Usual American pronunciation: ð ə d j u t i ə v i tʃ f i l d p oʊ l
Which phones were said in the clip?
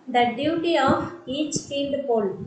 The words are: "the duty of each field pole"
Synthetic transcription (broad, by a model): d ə d j u t i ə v i tʃ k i n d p oʊ l